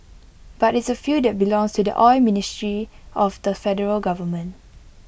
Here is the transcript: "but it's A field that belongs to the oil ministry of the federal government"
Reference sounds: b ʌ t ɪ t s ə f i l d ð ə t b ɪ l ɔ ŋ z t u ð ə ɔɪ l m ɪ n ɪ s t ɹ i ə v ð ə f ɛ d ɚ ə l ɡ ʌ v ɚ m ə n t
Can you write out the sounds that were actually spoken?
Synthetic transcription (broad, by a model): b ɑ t ɪ t s ə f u d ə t b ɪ l ɔ ŋ s t u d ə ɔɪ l m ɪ n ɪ s t ɹ i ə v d ə f ɛ d ɚ ə l ɡ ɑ v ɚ m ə n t